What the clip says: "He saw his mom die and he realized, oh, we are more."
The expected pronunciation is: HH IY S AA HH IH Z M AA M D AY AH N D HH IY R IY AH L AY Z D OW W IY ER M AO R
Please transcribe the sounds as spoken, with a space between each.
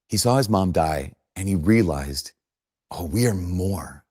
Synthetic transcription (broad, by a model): HH IY S AA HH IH Z M AA M D AY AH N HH IY R IY AH L AY Z D OW W IY ER M AO R